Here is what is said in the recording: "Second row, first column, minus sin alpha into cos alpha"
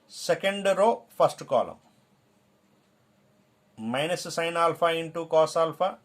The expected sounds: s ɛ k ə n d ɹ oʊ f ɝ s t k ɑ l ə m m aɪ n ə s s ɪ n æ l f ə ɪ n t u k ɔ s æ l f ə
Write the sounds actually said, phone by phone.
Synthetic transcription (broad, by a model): s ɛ k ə n d ɹ oʊ p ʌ s t k ɑ l ə m m aɪ n ə s s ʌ n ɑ l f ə ɪ n t u k ɔ s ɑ l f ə